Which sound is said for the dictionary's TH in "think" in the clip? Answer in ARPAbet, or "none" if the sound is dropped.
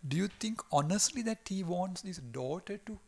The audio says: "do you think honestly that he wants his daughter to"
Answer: T